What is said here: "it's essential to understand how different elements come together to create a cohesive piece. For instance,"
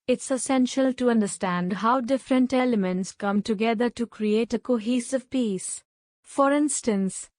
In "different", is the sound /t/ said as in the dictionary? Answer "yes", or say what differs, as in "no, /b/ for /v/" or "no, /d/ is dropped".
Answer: yes